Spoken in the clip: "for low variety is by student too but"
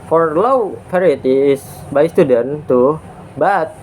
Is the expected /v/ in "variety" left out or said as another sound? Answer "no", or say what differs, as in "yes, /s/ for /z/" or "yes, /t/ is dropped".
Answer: yes, /p/ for /v/